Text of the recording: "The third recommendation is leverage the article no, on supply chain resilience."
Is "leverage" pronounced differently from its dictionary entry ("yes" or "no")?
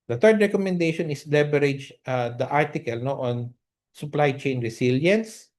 yes